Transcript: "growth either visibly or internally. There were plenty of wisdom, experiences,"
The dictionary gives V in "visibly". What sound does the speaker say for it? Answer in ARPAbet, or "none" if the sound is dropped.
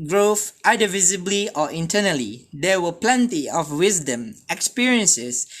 V